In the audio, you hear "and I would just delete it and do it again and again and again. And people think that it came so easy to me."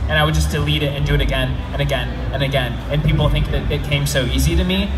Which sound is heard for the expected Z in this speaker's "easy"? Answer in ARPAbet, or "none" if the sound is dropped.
Z